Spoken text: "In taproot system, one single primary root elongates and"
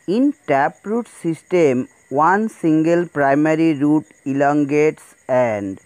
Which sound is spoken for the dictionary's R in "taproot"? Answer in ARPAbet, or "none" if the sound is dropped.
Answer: R